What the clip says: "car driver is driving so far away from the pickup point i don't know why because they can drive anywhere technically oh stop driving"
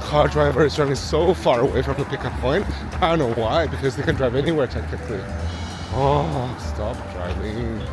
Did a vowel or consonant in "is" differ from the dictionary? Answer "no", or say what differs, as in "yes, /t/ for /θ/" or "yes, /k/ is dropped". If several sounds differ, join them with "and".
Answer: no